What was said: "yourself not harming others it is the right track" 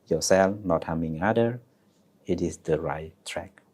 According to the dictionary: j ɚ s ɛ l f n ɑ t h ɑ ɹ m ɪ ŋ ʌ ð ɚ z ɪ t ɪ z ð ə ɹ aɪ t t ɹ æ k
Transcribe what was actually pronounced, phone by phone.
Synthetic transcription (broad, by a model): j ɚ s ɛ l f n ɑ t h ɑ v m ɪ ŋ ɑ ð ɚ ɪ t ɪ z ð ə ɹ aɪ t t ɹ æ k